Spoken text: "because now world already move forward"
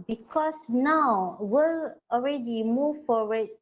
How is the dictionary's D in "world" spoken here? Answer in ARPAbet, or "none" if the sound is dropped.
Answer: none